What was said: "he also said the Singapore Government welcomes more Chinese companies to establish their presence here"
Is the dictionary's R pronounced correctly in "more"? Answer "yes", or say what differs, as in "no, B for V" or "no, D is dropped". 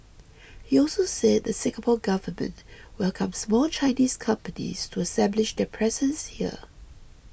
no, L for R